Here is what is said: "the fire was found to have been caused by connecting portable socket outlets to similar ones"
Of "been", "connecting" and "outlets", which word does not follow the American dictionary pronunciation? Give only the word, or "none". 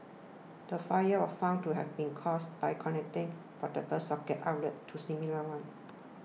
outlets